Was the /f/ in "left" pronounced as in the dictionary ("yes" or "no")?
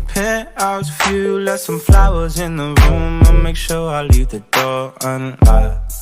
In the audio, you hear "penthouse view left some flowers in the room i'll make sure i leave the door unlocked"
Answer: no